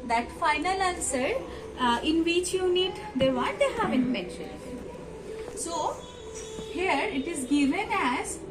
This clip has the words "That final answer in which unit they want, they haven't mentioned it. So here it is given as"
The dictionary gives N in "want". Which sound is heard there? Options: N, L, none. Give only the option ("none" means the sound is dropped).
none